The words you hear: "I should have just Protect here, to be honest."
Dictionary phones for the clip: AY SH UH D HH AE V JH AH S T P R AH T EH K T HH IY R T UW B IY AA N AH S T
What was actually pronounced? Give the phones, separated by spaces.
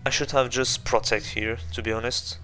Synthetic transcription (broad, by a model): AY SH UH D HH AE V JH AH S T P R AH T EH K T HH IY R T UW B IY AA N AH S T